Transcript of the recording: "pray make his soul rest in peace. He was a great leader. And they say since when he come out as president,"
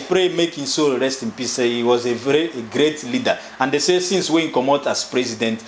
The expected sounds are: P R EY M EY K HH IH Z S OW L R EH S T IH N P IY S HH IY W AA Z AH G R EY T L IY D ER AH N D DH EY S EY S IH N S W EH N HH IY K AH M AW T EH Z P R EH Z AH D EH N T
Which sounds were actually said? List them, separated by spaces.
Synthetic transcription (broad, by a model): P R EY M EY K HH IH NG S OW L R EH S T IH N P IY S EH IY W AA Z AH G R EY T L IY D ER AH N D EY S EY S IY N S W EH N K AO M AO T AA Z P R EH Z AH D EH N T